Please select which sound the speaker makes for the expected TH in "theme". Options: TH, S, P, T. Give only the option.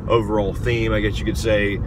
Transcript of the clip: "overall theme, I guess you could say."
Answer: TH